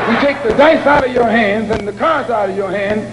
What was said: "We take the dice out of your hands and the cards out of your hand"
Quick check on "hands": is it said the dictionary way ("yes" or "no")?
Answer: yes